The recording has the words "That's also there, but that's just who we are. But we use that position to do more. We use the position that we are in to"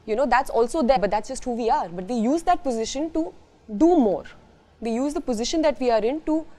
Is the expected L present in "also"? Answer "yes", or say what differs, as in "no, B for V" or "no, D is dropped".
yes